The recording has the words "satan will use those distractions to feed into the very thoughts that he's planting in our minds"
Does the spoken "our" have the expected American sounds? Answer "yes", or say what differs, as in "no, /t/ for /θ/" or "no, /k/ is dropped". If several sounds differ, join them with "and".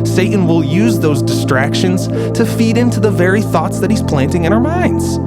yes